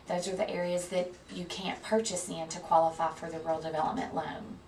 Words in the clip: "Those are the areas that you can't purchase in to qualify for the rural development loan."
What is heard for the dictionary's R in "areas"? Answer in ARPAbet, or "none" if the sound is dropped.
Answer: R